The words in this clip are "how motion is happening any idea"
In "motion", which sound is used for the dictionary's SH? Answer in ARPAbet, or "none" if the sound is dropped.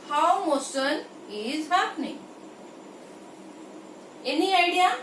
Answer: S